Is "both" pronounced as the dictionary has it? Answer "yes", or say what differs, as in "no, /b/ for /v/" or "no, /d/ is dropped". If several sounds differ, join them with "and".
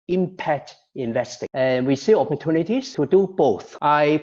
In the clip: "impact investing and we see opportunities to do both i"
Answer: yes